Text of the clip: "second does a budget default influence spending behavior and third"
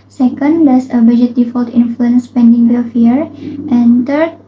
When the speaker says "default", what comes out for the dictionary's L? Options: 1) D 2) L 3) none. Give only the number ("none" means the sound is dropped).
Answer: 2